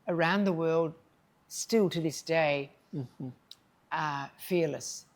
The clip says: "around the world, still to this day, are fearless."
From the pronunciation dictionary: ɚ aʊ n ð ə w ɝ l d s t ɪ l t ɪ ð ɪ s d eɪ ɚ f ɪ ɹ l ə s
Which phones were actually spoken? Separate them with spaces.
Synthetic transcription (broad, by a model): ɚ aʊ n ð ə w ɝ l d s t ɪ l t ɪ ð ɪ s d eɪ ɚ f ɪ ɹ l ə s